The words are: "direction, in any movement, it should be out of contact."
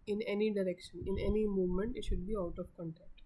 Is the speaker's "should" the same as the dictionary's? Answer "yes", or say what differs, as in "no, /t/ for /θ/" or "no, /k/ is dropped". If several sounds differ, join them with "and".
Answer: yes